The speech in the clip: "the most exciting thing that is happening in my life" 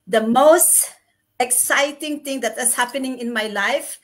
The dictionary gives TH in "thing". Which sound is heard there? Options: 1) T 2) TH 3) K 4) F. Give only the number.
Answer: 1